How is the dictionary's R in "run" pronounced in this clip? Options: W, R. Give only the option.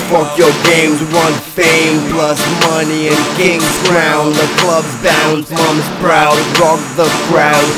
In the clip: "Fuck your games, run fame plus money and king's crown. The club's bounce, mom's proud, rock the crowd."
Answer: W